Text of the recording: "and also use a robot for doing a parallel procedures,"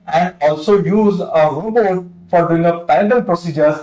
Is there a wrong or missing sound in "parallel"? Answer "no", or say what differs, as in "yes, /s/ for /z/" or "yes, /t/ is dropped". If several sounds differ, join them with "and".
yes, /ɹ/ is dropped